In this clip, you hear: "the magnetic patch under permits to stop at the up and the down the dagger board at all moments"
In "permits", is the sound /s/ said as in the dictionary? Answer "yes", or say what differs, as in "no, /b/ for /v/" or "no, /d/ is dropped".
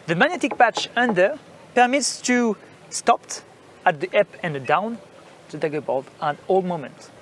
yes